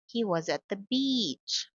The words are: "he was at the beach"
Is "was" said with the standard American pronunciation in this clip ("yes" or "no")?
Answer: yes